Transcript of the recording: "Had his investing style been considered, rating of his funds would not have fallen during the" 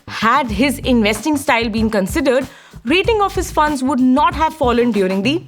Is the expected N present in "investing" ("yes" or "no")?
yes